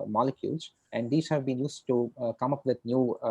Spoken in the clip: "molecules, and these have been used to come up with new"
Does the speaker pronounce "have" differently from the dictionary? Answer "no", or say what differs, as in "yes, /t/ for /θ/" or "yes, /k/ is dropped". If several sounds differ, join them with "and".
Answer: no